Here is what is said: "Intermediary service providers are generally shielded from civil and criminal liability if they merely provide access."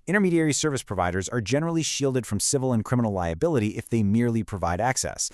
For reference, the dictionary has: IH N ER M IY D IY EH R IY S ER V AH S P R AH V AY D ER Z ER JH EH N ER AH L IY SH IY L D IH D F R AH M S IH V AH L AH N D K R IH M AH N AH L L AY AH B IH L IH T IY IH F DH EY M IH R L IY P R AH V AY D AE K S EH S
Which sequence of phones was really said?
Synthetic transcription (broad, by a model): IH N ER M IY D IY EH R IY S ER V AH S P R AH V AY D ER Z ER JH EH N ER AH L IY SH IY L D IH D F R AH M S IH V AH L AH N K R IH M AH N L L AY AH B IH L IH T IY IH F DH EY M IH R L IY P R AH V AY D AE K S EH S